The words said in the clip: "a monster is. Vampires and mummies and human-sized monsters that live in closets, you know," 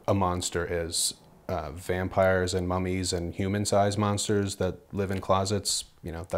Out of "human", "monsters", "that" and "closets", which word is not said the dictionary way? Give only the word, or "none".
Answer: none